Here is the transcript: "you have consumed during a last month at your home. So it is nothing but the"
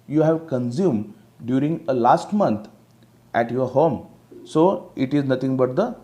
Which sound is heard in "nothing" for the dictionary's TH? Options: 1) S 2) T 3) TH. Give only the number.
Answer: 2